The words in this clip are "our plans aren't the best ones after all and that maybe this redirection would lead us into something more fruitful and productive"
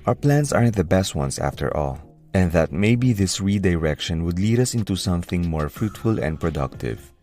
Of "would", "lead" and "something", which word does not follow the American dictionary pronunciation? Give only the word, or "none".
none